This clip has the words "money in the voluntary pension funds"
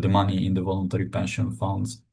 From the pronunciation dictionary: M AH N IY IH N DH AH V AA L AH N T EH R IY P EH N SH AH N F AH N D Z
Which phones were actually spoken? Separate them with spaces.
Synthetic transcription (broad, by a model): M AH N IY IH N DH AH V AA L AH N T EH R IY P EH N SH AH N F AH N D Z